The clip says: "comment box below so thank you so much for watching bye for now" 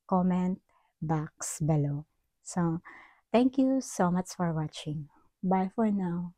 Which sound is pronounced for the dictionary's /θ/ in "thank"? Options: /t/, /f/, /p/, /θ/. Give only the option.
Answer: /t/